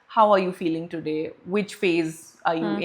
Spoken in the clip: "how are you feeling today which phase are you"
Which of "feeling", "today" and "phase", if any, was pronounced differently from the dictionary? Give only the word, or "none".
none